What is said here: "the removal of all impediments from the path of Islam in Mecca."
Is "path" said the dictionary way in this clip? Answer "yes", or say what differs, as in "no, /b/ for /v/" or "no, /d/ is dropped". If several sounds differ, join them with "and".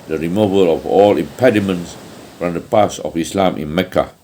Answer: no, /s/ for /θ/